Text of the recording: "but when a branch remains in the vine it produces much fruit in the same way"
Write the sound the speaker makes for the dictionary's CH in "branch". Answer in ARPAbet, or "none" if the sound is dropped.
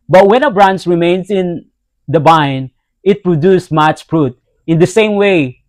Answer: S